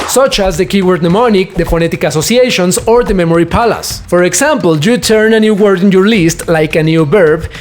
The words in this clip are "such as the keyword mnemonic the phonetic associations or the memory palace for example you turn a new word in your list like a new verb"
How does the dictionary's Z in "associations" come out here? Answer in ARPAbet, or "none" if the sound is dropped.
S